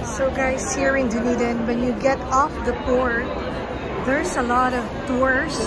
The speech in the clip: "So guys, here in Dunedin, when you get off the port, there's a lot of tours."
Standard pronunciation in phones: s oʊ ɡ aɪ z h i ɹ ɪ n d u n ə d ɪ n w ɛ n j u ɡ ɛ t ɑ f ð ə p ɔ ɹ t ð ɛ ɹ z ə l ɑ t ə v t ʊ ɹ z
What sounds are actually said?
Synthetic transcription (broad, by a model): s oʊ ɡ aɪ s h i ɹ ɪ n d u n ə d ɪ n w ɛ n j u ɡ ɛ t ɑ f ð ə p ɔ ɹ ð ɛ ɹ s ə l ɑ t ə v t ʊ ɹ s